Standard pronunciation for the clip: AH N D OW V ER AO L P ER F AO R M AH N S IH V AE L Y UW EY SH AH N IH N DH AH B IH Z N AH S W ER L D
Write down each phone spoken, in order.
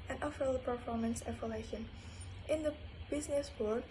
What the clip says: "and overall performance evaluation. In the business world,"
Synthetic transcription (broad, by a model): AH N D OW F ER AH P ER F AO R M AH N S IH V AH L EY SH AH N IH N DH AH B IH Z N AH S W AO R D